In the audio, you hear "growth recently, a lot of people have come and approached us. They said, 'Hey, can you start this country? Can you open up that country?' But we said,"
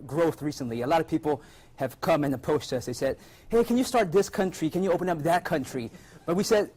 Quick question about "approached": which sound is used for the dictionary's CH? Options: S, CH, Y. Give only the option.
S